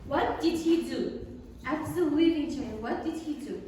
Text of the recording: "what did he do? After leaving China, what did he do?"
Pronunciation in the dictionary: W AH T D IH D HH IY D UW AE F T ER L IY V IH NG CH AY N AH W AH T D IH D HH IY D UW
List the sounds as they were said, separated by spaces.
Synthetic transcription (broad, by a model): W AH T D IH D HH IY D UW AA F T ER W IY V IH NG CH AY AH W AH T D IH D HH IY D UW